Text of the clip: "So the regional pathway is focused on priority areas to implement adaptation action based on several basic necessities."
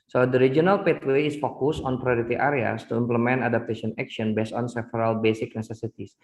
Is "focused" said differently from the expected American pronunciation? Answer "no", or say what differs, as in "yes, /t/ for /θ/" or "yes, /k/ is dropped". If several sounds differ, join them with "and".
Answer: yes, /t/ is dropped